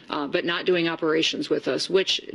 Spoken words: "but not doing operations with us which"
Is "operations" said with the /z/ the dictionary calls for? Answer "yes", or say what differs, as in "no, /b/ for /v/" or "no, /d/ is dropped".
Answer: yes